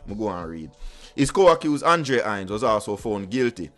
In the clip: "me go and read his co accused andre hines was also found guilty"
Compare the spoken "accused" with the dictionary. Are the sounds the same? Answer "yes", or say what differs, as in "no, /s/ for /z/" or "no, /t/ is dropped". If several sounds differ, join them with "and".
no, /d/ is dropped